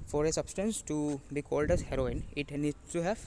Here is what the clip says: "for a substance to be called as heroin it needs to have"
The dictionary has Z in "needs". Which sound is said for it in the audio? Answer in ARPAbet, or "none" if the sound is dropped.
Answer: none